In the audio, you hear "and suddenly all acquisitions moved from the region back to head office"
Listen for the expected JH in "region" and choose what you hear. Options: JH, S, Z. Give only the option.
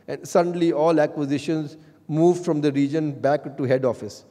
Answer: JH